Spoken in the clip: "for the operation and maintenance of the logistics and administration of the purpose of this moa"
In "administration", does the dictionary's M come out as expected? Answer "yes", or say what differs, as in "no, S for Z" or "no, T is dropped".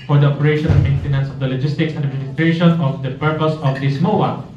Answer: no, M is dropped